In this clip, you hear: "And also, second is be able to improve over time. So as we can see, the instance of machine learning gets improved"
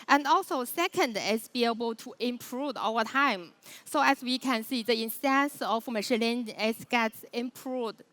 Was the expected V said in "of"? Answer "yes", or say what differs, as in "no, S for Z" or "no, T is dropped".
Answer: no, F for V